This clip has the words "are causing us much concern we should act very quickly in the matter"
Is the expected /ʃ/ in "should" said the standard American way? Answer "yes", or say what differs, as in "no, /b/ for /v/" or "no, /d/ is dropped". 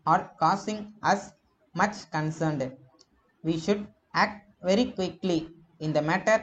yes